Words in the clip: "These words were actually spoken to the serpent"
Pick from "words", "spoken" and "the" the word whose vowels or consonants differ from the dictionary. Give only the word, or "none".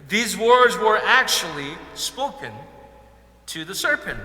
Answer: none